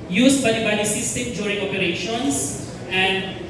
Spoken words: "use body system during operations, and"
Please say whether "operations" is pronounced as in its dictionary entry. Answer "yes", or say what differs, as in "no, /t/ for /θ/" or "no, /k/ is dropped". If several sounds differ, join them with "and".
no, /s/ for /z/